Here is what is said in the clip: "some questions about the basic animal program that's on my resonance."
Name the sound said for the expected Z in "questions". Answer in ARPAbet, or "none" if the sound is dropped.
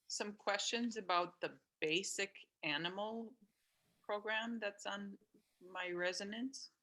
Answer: Z